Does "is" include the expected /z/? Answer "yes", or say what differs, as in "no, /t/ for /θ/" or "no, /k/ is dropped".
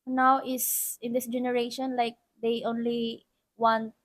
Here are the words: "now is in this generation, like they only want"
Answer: no, /s/ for /z/